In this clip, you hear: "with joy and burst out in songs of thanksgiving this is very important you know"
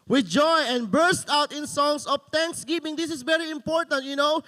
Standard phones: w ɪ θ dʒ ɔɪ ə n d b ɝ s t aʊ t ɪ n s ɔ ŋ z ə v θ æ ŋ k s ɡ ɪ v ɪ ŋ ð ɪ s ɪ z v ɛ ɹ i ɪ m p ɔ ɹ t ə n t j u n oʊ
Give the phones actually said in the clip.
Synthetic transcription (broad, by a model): w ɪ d dʒ ɔɪ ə n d b ɝ s t aʊ t ɪ n s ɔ ŋ s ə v t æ ŋ k s ɡ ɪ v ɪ ŋ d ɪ s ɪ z v ɛ ɹ i ɪ m p ɔ ɹ t ə n t j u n oʊ